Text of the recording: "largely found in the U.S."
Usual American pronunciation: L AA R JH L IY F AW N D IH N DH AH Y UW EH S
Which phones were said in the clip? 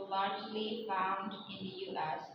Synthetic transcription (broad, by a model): L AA R JH L IY F AW N D IH N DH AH Y UW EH S